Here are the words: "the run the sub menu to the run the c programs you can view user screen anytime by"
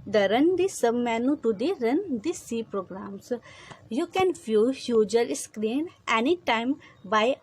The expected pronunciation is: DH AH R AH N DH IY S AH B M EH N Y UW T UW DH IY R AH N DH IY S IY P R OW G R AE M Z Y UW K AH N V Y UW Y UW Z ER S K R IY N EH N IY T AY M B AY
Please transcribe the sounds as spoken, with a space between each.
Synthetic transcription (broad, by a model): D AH R AH N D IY S AH B M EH N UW T UW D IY R AH N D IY S IY P R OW G R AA M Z Y UW K AH N F Y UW Y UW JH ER S K R IY N EH N IY T AY M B AY